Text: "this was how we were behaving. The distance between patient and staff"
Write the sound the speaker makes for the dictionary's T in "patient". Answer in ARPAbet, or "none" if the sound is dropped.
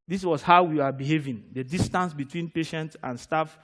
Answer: T